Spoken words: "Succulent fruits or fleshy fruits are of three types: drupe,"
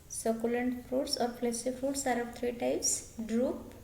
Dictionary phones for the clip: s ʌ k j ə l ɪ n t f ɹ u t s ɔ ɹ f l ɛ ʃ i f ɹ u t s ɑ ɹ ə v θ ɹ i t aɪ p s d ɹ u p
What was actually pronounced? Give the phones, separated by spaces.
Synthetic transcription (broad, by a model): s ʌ k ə l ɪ n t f ɹ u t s ɔ ɹ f l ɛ s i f u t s ɑ ɹ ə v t ɹ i t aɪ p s d ɹ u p